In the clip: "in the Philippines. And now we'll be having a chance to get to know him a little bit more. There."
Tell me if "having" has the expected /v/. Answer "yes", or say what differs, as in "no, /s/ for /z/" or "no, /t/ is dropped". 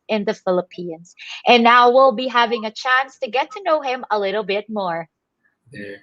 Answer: yes